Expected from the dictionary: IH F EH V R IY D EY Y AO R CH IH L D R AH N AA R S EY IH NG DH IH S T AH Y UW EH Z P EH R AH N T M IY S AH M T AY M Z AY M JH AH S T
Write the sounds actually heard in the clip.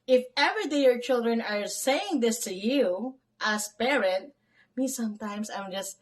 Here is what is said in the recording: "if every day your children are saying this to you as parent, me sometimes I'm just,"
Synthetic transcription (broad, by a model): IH F EH V R IY D EY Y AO R CH IH L D R AH N AA R S EY IH NG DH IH S T AH Y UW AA S P EH R AH N T M IY S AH M T AY M S AY M JH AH S T